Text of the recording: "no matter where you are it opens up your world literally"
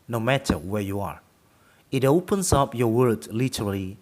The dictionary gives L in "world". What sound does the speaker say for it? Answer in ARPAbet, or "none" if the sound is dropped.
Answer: none